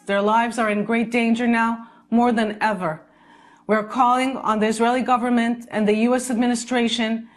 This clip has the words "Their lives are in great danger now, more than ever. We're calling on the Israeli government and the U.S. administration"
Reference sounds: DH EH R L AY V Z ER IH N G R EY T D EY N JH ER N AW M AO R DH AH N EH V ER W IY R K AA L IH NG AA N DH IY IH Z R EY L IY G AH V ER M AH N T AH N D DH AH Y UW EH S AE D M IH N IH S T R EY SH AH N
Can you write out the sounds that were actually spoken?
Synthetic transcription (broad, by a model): DH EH R L AY V Z ER IH N G R EY T D EY N JH ER N AW M AO R DH AH N EH V ER W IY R K AA L IH NG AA N DH IY IH Z R EY L IY G AH V ER M AH N T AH N DH AH Y UW EH S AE D M IH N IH S T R EY SH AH N